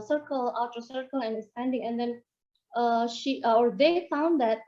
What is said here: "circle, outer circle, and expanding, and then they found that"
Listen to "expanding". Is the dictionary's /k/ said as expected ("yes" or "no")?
no